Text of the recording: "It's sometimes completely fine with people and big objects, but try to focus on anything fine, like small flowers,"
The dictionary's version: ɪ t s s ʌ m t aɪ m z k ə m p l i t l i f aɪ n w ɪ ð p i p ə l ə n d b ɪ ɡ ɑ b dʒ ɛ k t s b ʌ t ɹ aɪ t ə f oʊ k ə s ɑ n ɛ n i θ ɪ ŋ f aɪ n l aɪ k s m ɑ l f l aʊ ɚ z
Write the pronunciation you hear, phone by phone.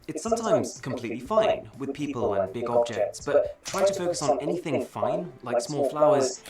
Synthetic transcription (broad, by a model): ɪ t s s ʌ m t aɪ m z k ə m p l i t l i f aɪ n w ɪ ð p i p ə l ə n b ɪ ɡ ɑ b dʒ ɛ k t s b ʌ t ɹ aɪ t ə f oʊ k ə s n ɛ n i θ ɪ ŋ f aɪ n l aɪ k s m ɑ l f l aʊ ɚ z